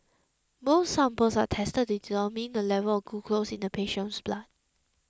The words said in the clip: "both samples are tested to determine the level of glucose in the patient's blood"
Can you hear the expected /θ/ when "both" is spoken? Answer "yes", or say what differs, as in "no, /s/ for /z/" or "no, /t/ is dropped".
no, /s/ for /θ/